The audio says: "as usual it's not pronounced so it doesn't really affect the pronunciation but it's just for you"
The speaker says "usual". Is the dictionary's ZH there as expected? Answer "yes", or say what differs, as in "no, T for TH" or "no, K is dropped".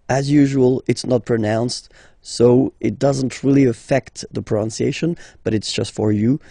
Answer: yes